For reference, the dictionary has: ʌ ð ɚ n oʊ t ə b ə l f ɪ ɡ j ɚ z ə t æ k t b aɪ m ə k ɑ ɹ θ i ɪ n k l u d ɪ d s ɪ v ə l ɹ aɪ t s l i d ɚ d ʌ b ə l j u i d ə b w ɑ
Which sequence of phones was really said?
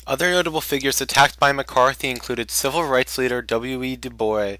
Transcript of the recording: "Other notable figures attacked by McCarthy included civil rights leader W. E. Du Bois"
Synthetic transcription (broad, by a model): ʌ ð ɚ n oʊ t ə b l f ɪ ɡ j ɚ z ə t æ k t b aɪ m ə k ɑ ɹ θ i ɪ n k l u d ɪ d s ɪ v l ɹ aɪ t s l i d ɚ d ʌ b l j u i d ə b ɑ